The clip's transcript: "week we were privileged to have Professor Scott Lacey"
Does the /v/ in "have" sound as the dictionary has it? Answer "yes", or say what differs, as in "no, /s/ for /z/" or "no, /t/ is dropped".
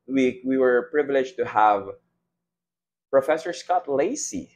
yes